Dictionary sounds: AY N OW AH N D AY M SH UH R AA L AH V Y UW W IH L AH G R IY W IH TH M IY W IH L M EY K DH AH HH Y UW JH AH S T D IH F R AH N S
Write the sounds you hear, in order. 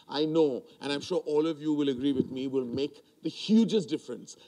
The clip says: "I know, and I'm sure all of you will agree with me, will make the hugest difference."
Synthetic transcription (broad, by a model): AY N OW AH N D AY M SH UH R AA L AH V Y UW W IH L AH G R IY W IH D M IY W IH L M EY K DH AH HH Y UW JH AH S T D IH F R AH N S